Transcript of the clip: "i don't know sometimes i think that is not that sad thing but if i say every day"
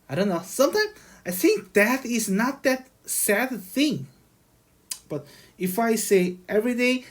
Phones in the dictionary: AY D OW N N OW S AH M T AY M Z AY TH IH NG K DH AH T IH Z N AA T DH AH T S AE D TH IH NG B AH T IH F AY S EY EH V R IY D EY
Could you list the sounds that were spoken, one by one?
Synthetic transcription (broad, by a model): AY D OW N N OW S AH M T AY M AY TH IH NG K DH AH T IH Z N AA T DH AH T S AE D TH IH NG B AH T IH F AY S EY EH V R IY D EY